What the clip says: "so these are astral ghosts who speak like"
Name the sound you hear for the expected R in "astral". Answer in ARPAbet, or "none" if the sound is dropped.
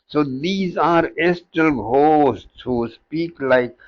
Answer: none